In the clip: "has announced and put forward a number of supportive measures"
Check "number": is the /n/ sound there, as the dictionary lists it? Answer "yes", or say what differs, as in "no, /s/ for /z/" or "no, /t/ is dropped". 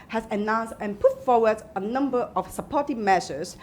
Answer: yes